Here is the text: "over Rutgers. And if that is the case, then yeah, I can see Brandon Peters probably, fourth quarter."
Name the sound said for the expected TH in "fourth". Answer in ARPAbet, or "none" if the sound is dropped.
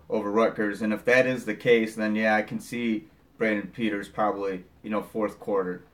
TH